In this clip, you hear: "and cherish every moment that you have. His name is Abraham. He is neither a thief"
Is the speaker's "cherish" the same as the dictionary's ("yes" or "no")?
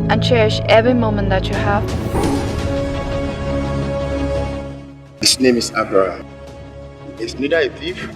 yes